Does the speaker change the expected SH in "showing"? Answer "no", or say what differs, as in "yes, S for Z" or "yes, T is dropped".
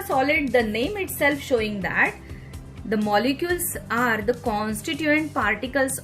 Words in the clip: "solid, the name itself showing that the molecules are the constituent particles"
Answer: no